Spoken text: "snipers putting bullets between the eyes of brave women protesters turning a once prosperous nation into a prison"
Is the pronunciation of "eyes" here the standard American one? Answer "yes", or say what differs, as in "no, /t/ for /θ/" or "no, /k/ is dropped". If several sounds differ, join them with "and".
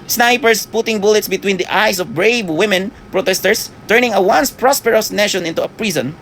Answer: no, /s/ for /z/